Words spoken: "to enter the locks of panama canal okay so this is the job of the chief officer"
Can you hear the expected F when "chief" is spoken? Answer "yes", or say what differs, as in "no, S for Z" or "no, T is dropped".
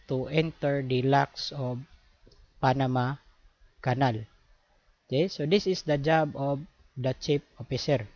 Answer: no, P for F